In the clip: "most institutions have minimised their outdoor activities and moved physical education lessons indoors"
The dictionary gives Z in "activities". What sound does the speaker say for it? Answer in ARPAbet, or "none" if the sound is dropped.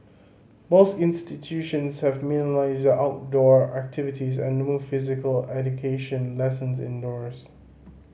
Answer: Z